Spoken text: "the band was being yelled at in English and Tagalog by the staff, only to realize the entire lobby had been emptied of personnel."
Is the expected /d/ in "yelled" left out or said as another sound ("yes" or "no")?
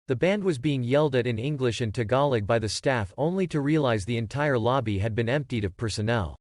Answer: no